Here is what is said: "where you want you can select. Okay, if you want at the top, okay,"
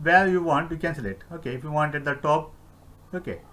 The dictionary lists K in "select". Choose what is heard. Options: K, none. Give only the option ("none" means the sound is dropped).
none